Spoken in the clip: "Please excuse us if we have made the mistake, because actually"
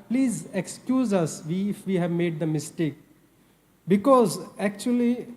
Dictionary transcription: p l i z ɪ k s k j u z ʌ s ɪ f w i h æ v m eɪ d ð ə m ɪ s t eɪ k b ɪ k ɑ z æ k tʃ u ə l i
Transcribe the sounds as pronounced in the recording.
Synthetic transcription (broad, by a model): p l i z ɪ k s k j u z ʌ s ɪ f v i h æ v m eɪ d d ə m ɪ s t eɪ k b ɪ k ɑ z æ k tʃ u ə l i